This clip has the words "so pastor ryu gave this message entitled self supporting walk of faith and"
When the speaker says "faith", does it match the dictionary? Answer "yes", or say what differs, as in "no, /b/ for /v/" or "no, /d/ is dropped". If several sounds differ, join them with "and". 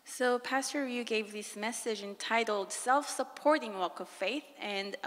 yes